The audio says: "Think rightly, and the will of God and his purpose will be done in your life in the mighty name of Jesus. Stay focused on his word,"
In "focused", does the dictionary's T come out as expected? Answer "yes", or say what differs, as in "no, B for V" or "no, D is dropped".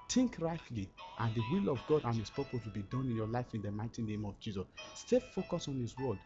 no, T is dropped